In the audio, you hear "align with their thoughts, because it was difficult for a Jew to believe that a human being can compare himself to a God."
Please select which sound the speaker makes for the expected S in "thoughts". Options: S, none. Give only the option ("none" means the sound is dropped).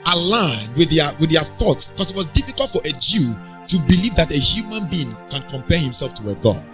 S